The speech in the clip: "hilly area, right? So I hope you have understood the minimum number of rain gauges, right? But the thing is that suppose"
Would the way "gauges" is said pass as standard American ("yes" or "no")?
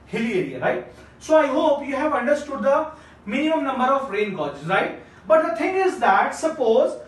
no